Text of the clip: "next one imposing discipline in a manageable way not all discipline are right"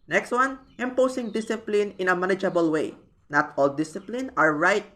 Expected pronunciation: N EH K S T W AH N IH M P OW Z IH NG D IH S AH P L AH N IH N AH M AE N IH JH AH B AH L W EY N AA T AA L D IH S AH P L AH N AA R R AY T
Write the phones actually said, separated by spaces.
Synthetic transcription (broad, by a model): N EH K S T W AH N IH M P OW S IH NG D IH S AH P L AH N IH N AH M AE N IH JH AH B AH L W EY N AA T AA L D IH S AH P L AH N AA R R AY T